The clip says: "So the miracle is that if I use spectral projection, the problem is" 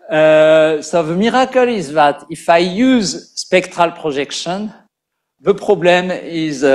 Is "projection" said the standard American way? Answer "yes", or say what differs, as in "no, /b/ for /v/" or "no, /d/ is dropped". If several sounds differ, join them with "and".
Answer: no, /ʒ/ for /dʒ/